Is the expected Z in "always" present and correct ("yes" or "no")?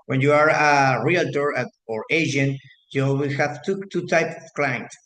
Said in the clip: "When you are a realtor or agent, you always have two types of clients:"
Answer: no